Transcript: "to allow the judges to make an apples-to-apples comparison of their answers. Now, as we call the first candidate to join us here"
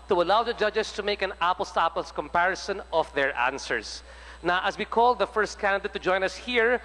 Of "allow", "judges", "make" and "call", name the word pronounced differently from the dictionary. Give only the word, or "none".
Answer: judges